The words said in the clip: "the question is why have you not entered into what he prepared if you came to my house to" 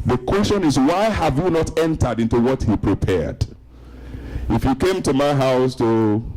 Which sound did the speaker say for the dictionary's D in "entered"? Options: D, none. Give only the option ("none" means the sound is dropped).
D